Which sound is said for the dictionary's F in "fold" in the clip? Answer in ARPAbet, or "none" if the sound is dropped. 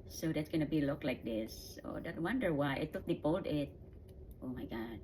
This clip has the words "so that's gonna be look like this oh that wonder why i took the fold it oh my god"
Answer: P